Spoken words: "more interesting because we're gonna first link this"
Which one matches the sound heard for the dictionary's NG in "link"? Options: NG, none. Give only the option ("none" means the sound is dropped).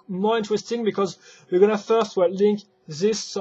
NG